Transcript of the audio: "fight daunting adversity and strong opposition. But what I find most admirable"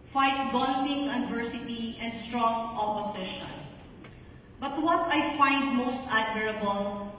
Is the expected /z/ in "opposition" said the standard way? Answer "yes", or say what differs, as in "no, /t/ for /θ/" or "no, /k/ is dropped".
no, /s/ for /z/